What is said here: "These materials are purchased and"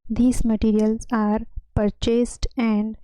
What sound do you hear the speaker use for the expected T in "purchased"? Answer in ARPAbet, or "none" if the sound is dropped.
T